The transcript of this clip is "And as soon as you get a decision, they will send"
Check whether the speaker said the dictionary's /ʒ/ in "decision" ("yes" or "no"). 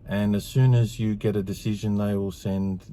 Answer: yes